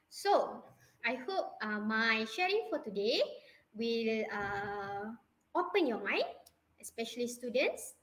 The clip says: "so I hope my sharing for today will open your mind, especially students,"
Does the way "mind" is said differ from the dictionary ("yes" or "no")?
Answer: yes